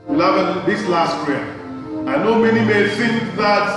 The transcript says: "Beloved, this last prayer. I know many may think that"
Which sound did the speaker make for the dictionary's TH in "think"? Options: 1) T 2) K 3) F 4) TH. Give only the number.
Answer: 3